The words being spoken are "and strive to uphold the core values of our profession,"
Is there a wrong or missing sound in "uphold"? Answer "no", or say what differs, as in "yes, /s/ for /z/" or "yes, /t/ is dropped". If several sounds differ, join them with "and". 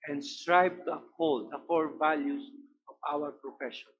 yes, /p/ is dropped